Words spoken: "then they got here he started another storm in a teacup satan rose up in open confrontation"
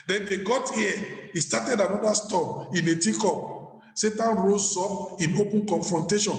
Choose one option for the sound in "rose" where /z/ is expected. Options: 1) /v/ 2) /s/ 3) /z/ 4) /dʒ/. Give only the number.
2